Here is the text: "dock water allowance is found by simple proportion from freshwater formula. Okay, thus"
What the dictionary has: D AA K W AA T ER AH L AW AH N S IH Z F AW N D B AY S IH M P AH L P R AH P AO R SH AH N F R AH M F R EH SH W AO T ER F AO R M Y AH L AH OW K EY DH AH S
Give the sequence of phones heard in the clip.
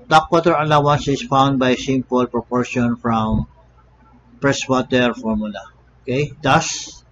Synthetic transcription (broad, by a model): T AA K W AA T ER AH L AW AH N S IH S F AW N D B AY S IH M P AH L P R AH P AO R SH AH N F R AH M P R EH S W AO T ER F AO R M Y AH L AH OW K EY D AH S